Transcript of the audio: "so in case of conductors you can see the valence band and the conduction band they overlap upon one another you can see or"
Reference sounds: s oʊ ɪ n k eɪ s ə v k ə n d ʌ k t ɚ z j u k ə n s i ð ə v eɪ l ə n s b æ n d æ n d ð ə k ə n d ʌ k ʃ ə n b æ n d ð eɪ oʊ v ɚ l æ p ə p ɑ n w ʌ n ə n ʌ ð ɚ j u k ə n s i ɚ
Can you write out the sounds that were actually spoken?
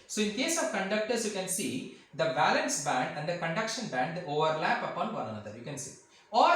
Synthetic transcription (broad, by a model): s oʊ ɪ n k eɪ s ə v k ə n d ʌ k t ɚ s j u k ə n s i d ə b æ l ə n s b æ n d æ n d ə k ə n d ʌ k ʃ ə n b æ n d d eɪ oʊ v ɚ l æ p ə p ɑ n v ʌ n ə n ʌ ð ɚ j u k ə n s i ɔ